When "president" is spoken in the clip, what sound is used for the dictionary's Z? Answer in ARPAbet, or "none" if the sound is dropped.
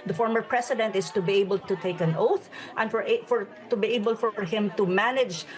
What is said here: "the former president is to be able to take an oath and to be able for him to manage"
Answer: S